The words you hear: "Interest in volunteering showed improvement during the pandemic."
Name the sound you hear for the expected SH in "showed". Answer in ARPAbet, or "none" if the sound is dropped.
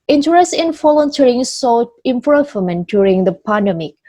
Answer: S